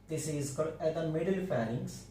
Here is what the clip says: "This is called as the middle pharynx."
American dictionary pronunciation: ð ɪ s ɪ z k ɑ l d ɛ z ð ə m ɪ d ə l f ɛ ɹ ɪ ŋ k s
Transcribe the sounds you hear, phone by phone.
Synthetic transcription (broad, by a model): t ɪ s ɪ z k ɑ d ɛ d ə m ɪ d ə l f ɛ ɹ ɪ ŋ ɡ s